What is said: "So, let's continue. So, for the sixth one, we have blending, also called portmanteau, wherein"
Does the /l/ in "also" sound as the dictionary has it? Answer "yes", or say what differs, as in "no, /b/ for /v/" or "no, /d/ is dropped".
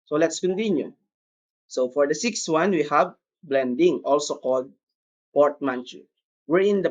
yes